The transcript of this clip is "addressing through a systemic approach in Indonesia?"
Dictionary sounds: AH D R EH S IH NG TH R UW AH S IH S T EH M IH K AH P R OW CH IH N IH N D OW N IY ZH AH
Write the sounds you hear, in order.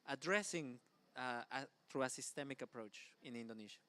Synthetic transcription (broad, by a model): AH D R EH S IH NG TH R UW AH S IH S T EH M IH K AH P R OW CH IH N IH N D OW N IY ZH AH